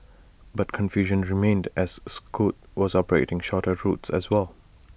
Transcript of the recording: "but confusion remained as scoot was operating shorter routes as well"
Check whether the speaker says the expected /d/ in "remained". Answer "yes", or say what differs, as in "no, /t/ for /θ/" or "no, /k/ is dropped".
yes